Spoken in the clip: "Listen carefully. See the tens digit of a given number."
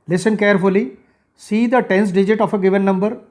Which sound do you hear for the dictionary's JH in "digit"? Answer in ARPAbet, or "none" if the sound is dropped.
JH